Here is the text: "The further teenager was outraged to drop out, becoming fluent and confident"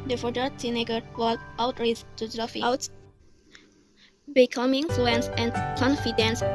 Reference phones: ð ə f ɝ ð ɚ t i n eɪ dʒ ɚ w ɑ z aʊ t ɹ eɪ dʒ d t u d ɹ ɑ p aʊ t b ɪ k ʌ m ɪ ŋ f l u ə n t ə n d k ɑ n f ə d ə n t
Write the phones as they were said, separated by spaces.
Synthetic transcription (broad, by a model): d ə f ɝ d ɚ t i n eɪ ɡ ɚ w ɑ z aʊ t ɹ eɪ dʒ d t u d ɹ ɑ f aʊ t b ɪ k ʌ m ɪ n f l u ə n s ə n k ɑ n f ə d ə n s